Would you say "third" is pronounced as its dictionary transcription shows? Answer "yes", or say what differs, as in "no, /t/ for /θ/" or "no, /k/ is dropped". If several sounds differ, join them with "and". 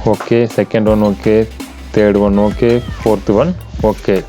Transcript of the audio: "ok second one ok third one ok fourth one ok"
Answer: no, /t/ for /θ/